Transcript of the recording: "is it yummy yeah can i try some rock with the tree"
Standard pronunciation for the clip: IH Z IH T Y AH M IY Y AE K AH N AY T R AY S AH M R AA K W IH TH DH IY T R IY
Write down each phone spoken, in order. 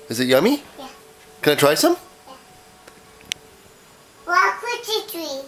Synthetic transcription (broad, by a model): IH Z IH T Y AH M IY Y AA K AH N AY T R AY S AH M W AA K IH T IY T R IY